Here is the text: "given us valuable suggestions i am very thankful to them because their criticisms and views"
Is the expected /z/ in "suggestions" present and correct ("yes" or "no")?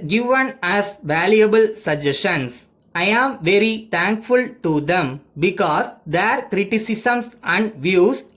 no